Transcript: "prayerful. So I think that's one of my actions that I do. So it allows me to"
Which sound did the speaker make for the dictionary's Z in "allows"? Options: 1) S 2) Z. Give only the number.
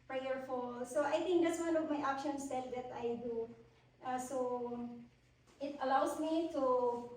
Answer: 1